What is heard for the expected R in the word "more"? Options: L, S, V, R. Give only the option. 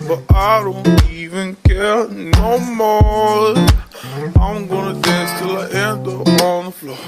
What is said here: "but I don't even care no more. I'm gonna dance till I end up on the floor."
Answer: L